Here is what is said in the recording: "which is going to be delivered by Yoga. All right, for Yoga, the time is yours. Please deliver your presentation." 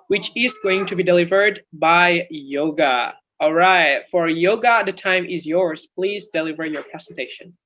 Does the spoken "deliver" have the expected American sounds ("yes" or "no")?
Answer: yes